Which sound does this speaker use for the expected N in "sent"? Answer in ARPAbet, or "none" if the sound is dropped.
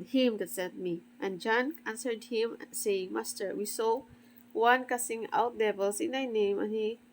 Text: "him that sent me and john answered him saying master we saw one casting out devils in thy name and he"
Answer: none